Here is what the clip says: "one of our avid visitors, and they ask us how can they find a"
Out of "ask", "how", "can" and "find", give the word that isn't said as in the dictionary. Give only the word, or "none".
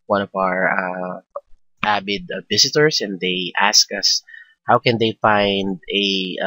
none